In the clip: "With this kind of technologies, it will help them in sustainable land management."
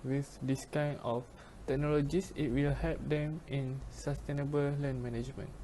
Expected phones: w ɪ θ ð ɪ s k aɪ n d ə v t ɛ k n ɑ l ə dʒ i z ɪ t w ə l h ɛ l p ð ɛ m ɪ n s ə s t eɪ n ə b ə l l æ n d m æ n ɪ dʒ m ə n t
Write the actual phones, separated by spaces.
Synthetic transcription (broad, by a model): w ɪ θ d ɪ s k aɪ n ə f t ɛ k n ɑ l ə dʒ i s ɪ t w ə l h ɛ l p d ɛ m ɪ n s ə s t eɪ n ə b ə l l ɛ n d m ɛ n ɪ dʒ m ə n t